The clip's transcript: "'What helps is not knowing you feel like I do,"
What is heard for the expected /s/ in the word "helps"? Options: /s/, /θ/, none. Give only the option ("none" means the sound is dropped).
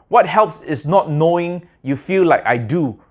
/s/